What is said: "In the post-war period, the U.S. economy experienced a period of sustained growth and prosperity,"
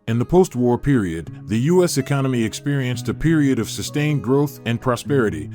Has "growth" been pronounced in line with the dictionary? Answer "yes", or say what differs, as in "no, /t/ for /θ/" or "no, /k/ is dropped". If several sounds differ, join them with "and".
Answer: yes